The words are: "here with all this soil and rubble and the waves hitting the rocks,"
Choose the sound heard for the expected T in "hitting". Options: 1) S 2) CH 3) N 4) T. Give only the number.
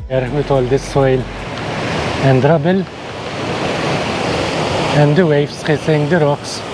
1